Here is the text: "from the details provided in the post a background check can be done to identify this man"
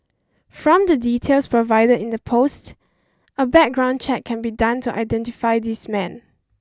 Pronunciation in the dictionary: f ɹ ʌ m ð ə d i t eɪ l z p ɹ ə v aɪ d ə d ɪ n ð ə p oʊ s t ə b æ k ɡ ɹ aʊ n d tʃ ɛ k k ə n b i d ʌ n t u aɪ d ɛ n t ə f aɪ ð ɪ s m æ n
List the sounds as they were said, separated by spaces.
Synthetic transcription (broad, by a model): f ɹ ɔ m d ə d i t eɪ l s p ɹ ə v aɪ d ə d ɪ n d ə p oʊ s t ə b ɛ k ɡ ɹ aʊ n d tʃ ɛ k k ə n b i d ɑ n t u aɪ d ɛ n t ə f aɪ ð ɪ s m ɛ n